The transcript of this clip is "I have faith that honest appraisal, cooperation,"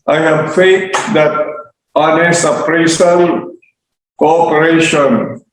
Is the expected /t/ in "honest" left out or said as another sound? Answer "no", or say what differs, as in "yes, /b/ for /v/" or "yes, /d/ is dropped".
yes, /t/ is dropped